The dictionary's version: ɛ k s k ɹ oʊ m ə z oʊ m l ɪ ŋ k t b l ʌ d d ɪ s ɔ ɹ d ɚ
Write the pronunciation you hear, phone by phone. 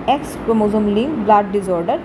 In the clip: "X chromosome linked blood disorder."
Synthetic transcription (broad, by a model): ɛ k s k oʊ m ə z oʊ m l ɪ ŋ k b l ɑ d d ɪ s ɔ ɹ d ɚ